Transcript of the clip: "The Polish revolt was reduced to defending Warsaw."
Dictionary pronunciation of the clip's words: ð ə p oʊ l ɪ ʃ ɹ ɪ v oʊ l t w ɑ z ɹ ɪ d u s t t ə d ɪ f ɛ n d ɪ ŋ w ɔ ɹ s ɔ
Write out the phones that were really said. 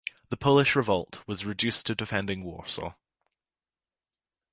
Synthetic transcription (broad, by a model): ð ə p oʊ l ɪ ʃ ɹ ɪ v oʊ l t w ɑ z ɹ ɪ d u s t t ə d ɪ f ɛ n d ɪ ŋ w ɔ ɹ s ɔ